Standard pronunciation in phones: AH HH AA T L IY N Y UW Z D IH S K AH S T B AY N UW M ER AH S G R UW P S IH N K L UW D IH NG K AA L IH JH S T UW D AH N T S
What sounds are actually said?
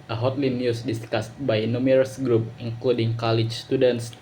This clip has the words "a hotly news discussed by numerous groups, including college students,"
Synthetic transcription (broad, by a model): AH HH AA T L IY N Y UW S D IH S K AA S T B AY N UW M ER AH S G R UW P IH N K L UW D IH NG K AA L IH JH S T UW D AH N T S